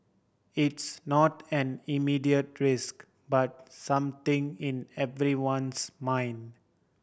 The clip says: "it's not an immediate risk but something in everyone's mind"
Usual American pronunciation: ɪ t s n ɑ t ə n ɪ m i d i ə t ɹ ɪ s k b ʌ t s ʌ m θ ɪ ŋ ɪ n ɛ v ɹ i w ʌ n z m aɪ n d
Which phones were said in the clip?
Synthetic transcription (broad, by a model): ɪ t s n ɑ t ə n ɪ m i d i ə t ɹ ɪ s k b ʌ t s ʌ m t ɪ ŋ ɪ n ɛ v ɹ i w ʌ n s m aɪ n d